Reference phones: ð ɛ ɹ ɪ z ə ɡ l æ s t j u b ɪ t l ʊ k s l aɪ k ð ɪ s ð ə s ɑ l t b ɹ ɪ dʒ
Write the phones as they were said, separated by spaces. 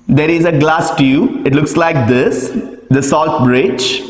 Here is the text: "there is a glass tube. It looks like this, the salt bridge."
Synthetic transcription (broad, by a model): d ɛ ɹ ɪ z ə ɡ l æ s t j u ɪ t l ʊ k s l aɪ k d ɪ s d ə s ɑ l t b ɹ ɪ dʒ